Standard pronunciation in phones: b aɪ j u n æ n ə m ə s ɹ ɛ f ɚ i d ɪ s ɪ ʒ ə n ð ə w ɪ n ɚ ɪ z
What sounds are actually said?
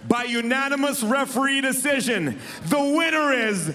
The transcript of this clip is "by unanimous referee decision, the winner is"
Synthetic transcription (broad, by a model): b aɪ j u n æ n ə m ə s ɹ ɛ f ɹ i d ɪ s ɪ ʒ ə n ð ə w ɪ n ɚ ɪ z